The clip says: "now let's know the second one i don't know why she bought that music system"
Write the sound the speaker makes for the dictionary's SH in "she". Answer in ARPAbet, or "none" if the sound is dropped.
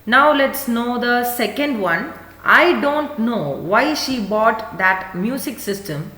SH